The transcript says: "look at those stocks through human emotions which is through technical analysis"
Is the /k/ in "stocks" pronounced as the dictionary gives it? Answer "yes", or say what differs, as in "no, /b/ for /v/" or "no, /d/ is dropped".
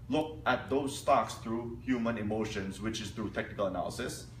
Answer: yes